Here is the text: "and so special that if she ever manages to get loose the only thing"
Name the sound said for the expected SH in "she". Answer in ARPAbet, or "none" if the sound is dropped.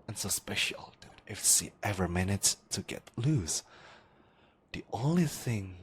S